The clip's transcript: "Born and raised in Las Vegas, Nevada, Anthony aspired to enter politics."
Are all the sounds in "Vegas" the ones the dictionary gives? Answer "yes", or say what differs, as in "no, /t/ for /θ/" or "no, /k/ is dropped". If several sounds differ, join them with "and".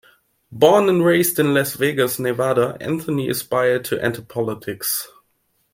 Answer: yes